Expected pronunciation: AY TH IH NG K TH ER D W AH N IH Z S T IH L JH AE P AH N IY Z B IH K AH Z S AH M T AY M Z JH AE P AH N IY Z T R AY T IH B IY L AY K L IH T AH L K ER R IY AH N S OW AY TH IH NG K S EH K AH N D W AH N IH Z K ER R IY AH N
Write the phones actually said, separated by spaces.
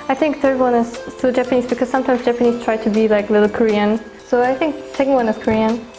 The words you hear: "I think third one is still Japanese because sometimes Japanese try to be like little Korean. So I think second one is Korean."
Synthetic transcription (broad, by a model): AY TH IH NG K TH ER D W AH N IH Z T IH JH AE P AH N IY Z B IH K AH Z S AH M T AY M Z JH AE P AH N IY Z T R AY T IH B IY L AY K L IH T L K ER R IY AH N S OW AY TH IH NG K S EH K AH N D W AH N IH Z K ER R IY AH N